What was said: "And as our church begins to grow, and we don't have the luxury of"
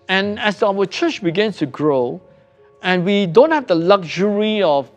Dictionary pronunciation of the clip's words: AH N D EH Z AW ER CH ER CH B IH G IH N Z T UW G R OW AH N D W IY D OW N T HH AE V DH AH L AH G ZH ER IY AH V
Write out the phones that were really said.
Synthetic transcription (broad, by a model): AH N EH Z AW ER CH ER CH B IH G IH N S T UW G R OW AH N W IY D OW N T HH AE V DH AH L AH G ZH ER IY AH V